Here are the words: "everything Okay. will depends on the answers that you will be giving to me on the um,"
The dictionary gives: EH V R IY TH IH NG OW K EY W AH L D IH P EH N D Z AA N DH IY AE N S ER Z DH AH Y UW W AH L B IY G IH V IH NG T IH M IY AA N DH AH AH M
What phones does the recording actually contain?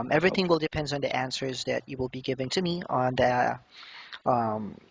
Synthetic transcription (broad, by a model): EH V R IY TH IH NG W AH L D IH P EH N D N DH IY AE N S ER Z DH AH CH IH W AH L B IY G IH V IH NG T IH M IY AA N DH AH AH M